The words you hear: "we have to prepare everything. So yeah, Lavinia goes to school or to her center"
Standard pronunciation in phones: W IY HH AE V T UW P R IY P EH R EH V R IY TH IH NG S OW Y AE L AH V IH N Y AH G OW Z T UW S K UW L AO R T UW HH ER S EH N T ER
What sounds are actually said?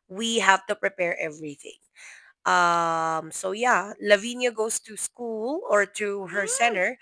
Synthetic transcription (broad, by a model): W IY HH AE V T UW P R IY P EH R EH V R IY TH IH NG S OW Y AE L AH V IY N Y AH G OW S T UW S K UW L AO R T UW HH ER S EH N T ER